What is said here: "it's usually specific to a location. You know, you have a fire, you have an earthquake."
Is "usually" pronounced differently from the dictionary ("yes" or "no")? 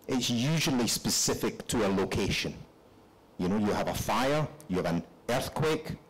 no